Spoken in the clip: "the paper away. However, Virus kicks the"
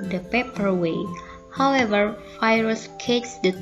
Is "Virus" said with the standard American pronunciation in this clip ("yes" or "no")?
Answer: no